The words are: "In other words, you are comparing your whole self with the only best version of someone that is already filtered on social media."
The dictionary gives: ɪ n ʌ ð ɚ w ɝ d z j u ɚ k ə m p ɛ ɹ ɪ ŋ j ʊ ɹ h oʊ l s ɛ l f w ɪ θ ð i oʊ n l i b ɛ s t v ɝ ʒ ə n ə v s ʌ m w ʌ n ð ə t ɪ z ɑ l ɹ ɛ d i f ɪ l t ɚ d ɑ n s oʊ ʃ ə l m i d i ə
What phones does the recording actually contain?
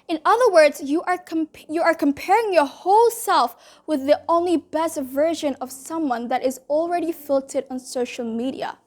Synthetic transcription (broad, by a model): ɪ n ʌ ð ɚ w ɝ d z j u ɚ k ə m p ɛ ɹ ɪ ŋ j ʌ ɹ h oʊ l s ɛ l f w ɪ ð i oʊ n l i b ɛ s t v ɝ ʒ ə n ə v s ʌ m w ʌ n ð ə t ɪ z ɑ l ɹ ɛ d i f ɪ l t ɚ d n s oʊ ʃ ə l m i d i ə